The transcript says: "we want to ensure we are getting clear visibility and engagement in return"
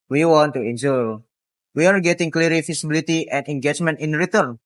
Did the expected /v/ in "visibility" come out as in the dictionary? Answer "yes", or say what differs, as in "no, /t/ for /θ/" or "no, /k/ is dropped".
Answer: no, /f/ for /v/